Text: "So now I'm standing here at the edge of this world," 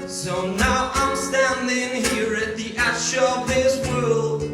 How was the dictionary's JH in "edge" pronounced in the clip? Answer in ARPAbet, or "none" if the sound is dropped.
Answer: CH